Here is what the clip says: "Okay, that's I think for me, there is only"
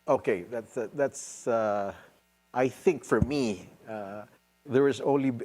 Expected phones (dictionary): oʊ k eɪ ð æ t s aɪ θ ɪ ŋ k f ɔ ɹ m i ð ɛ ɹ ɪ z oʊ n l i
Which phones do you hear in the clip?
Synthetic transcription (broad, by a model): oʊ k eɪ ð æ t s aɪ θ ɪ ŋ k f ɔ ɹ m i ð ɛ ɹ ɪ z oʊ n l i